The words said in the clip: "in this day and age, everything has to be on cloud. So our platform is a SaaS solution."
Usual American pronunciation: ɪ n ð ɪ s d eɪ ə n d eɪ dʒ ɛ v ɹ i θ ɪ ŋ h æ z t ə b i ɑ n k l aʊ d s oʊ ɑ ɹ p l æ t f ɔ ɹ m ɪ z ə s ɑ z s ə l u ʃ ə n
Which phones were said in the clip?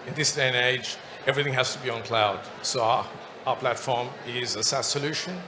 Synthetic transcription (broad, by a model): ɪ n ð ɪ s d eɪ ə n eɪ dʒ ɛ v ɹ i θ ɪ ŋ h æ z t ə b i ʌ n k l aʊ d s oʊ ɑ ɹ p l æ t f ɔ ɹ m ɪ z ə s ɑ s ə l u ʃ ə n